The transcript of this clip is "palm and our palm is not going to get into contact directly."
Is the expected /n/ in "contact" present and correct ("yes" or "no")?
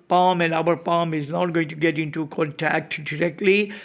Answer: yes